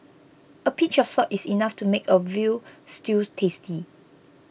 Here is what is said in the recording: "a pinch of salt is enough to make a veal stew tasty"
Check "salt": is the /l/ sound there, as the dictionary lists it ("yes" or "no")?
no